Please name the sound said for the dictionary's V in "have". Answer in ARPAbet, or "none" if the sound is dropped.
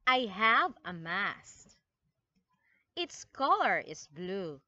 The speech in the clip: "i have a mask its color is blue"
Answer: V